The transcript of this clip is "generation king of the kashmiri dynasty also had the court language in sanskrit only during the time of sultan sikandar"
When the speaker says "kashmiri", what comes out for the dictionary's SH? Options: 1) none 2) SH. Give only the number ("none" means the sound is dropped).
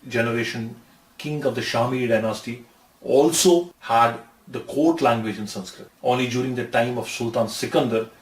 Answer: 1